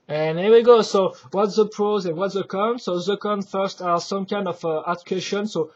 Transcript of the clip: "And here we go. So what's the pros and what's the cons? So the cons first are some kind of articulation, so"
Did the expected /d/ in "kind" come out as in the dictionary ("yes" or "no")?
yes